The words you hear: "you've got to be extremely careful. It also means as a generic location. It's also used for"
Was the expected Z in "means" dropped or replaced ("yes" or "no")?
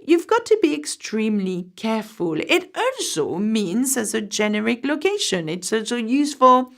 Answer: no